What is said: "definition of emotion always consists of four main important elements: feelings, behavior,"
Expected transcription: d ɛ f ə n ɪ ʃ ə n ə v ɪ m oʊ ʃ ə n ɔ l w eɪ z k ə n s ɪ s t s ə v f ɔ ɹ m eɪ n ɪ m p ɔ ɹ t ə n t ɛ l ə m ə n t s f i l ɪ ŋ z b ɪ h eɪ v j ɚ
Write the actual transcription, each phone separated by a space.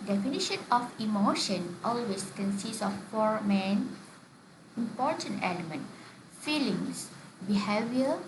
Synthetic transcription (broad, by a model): d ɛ f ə n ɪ ʃ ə n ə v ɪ m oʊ ʃ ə n ɔ l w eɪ s k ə n s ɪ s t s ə f ɔ ɹ m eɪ n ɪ m p ɔ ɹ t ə n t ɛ l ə m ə n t f i l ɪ ŋ s b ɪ h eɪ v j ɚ